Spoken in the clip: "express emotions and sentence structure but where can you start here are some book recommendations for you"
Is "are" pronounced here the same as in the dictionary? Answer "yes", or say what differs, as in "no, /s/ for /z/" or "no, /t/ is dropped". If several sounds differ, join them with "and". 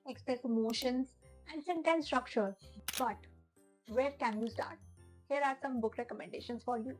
yes